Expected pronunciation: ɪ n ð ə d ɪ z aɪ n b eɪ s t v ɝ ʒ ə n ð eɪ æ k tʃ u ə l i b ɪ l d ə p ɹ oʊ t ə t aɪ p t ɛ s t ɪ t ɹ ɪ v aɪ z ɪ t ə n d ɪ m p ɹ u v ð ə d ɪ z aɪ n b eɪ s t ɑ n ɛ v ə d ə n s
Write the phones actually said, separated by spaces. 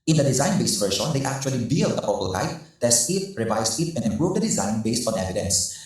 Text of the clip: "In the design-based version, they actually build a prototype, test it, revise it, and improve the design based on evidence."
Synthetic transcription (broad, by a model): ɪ n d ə d ɪ z aɪ n b eɪ s t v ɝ ʃ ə n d eɪ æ k tʃ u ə l i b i l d ə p oʊ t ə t aɪ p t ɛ s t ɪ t ɹ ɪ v aɪ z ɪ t ə n d ɪ m p ɹ u v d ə d ɪ z aɪ n b eɪ s t ɑ n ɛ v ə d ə n s